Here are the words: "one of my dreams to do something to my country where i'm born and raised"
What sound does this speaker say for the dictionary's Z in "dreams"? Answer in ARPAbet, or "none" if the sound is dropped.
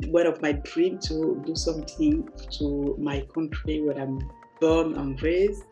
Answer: none